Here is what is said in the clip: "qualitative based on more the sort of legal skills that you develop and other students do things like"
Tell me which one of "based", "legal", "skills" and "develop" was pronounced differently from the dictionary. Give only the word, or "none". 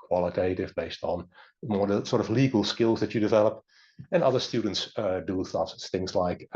none